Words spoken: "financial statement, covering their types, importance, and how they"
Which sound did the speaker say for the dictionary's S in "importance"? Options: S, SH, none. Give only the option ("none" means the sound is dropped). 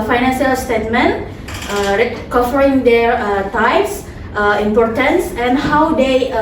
S